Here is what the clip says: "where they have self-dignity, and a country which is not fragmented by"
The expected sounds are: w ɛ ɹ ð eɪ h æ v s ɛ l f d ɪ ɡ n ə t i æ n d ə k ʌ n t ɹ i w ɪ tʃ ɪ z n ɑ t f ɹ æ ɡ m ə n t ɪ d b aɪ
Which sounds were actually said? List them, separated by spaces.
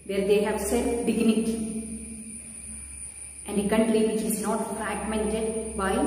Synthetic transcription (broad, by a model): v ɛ ɹ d eɪ h æ v s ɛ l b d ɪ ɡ n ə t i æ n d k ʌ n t l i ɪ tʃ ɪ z n ɑ t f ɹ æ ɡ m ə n t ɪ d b aɪ